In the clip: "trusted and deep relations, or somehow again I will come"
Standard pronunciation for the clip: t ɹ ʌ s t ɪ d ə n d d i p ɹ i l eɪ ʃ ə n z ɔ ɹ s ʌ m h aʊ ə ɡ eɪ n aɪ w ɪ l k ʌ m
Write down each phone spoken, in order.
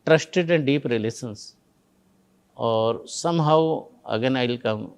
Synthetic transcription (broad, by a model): t ɹ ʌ s t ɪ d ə n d d i p ɹ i l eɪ s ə n s ɔ ɹ s ʌ m h aʊ ə ɡ eɪ n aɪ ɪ l k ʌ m